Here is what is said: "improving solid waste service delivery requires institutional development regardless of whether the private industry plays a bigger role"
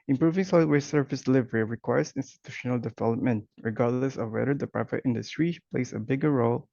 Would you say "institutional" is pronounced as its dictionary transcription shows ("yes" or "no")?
yes